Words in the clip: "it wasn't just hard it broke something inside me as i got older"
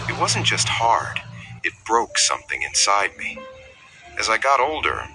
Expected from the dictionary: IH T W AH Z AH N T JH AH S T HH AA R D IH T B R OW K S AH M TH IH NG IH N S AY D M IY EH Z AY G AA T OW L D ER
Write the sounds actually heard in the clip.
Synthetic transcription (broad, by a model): IH T W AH Z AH N JH AH S T HH AA R D IH T B R OW K S AH M TH IH NG IH N S AY D M IY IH Z AY G AA T OW L D ER